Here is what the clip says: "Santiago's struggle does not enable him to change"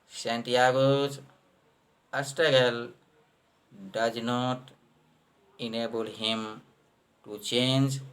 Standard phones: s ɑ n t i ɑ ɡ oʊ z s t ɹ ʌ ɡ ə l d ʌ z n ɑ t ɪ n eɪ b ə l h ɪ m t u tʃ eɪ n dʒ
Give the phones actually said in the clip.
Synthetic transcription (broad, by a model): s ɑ n t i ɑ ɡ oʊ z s t ʌ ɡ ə l d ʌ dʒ n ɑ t ɪ n eɪ b ə l h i m t u tʃ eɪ n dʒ